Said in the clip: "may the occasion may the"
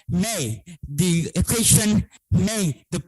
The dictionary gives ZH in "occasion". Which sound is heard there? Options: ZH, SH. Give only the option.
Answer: SH